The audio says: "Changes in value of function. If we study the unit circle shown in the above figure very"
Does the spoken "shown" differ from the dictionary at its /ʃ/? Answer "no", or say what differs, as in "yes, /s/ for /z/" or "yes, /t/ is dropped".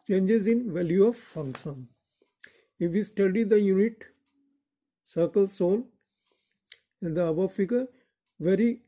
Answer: yes, /s/ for /ʃ/